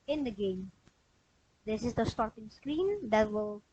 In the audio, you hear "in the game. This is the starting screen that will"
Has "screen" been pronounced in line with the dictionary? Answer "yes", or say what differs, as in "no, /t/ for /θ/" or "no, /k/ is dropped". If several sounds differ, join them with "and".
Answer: yes